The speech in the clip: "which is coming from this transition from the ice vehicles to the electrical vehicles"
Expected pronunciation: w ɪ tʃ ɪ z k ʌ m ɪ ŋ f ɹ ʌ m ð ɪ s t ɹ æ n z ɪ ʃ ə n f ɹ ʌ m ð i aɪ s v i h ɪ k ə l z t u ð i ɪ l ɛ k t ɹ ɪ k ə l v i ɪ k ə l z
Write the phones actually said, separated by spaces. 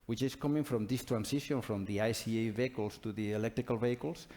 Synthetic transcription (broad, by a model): w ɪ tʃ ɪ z k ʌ m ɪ ŋ f ɹ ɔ m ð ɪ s t ɹ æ n s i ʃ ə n f ɹ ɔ m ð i aɪ s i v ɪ k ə l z t u ð i ɪ l ɛ k t ɹ ɪ k ə l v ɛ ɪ k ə l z